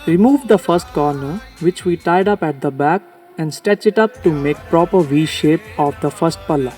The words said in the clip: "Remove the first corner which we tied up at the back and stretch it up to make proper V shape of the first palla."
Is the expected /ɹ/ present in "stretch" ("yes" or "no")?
no